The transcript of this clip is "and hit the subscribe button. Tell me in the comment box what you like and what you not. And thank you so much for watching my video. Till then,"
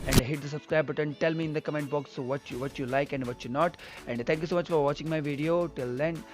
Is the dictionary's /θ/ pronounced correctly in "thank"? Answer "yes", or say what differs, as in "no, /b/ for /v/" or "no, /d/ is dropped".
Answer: no, /t/ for /θ/